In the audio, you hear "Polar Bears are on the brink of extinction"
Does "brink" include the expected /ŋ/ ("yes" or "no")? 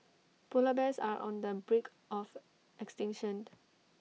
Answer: no